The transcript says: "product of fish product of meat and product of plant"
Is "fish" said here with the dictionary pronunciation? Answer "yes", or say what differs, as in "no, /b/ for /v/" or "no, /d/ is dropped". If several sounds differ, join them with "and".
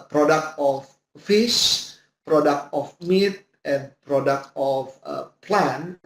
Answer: no, /s/ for /ʃ/